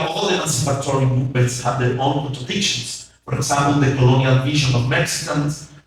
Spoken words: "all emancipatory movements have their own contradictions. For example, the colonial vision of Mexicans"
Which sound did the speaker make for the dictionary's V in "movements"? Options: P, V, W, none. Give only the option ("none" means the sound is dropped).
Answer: none